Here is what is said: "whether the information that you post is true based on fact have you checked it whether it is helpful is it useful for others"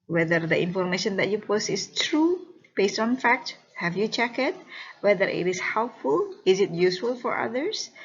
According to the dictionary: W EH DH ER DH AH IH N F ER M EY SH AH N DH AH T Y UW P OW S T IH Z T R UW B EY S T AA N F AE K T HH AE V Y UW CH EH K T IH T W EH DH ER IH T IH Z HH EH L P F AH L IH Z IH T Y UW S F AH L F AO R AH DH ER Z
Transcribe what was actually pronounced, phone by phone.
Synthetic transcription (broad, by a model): W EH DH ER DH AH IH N F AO M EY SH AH N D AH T Y UW P OW S T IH S T R UW B EY S T AA N F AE K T HH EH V Y UW CH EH K IH T W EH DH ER IH T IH S HH EH L P F AH L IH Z IH T Y UW S F AH L F AO R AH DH ER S